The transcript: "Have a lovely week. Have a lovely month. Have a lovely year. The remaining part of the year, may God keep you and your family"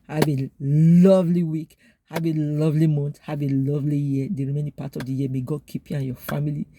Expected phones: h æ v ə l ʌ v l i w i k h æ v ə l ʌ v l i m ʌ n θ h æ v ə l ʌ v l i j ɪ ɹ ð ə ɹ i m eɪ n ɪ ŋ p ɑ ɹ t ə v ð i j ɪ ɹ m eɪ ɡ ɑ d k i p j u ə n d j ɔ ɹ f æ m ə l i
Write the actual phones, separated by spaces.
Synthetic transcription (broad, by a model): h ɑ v ə l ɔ v l i w i k h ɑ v ə l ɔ v l i m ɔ n t h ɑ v ə l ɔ v l i j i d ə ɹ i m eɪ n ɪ p ɑ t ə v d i j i m eɪ ɡ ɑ k i p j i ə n j ɔ f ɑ m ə l i